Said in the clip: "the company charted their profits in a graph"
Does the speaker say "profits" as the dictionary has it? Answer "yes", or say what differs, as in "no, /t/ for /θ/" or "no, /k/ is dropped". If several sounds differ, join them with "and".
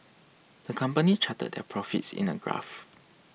yes